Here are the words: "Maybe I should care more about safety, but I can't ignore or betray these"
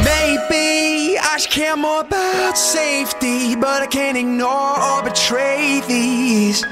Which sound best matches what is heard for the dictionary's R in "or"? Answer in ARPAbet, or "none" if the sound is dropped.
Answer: L